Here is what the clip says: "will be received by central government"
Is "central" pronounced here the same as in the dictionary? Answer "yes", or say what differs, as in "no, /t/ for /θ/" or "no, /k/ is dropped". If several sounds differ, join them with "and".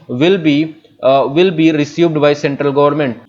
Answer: yes